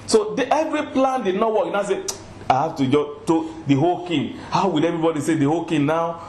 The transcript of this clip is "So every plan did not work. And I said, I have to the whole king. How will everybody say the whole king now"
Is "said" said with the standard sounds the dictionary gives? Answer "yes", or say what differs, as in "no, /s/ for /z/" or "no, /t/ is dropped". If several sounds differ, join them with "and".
no, /d/ is dropped